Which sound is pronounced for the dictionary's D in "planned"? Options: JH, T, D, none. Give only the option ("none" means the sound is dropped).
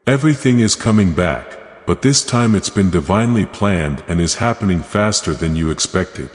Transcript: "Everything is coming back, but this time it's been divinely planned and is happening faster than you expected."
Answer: D